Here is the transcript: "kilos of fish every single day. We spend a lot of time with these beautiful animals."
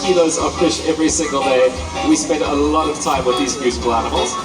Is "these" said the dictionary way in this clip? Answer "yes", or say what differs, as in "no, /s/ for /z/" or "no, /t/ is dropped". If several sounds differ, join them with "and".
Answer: yes